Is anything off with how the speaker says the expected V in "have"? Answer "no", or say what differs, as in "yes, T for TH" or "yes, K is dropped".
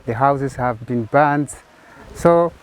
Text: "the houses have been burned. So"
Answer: no